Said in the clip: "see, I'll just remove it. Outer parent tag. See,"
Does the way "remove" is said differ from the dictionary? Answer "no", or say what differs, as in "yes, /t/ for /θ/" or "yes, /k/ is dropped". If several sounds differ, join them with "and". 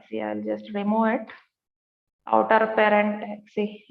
yes, /v/ is dropped